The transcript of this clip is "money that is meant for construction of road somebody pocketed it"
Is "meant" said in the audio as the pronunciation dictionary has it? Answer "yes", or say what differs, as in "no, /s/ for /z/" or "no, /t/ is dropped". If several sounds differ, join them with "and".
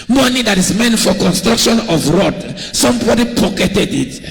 yes